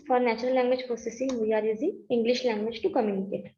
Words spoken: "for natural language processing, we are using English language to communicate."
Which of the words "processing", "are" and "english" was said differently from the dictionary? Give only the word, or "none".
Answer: processing